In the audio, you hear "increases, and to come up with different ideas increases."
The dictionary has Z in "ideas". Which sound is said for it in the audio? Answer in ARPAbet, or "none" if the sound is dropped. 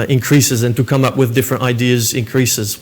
Z